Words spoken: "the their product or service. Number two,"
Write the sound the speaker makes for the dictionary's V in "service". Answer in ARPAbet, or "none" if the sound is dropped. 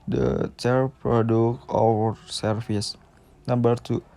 F